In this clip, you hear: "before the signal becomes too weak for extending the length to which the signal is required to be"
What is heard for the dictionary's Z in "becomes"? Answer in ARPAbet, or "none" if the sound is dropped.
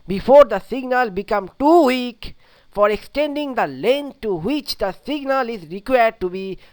none